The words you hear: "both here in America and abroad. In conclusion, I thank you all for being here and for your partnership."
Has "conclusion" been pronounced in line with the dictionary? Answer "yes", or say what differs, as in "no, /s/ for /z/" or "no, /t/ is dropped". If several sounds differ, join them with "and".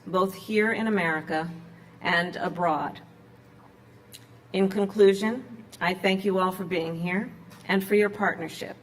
yes